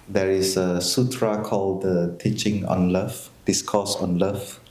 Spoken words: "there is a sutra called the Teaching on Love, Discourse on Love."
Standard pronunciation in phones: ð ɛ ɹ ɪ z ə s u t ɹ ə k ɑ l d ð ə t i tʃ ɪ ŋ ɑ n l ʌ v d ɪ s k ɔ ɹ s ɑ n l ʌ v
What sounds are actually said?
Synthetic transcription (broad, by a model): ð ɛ ɹ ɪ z ə s u t ɹ ə k ɑ l d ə t i tʃ ɪ ŋ ɑ n l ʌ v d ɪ s k ɔ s ɑ n l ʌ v